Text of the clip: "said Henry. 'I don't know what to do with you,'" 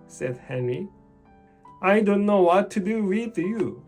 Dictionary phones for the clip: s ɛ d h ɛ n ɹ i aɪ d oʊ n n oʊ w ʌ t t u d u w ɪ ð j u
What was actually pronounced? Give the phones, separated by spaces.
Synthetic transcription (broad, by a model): s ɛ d h ɛ n ɹ i aɪ d oʊ n n oʊ w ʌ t t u d u w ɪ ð j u